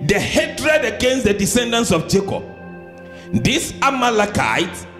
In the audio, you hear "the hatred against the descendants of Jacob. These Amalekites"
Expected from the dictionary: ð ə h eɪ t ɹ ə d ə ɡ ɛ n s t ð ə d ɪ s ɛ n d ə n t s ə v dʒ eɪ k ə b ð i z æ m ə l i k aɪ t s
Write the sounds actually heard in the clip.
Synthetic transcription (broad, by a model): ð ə h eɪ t ɹ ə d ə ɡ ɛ n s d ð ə d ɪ s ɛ n d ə n s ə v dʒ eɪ k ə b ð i s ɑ m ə l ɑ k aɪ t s